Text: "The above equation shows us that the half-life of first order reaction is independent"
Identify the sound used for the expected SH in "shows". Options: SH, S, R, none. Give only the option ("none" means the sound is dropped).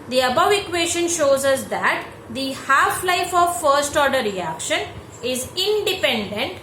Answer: SH